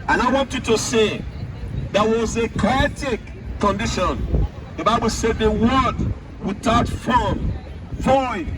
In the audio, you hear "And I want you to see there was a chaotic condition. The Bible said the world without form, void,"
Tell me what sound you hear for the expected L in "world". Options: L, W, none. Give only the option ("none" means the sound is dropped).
none